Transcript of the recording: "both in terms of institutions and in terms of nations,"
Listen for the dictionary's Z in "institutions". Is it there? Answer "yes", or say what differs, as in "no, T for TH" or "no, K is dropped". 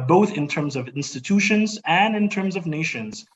yes